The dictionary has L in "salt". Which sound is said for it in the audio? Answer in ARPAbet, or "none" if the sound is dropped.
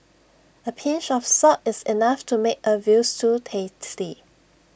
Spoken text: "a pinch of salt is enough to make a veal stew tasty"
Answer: none